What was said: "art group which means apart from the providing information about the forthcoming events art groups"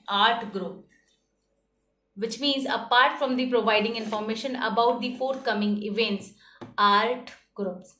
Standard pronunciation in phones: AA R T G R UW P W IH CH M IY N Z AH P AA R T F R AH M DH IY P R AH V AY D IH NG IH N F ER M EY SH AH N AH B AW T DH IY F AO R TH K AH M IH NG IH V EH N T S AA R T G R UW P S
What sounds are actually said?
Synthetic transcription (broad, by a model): AA R T G R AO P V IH CH M IY N Z AH P AA R T F R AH M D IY P R AH V AY D IH NG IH N F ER M EY SH AH N AH B AW T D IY F AO R T K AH M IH NG IH V EH N T S AA R T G R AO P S